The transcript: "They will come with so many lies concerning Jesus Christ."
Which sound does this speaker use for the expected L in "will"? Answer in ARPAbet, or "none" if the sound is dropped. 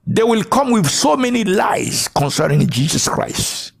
L